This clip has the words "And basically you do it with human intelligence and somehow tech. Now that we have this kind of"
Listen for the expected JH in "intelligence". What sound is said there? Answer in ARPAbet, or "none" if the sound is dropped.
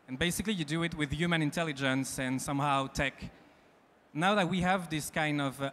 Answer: JH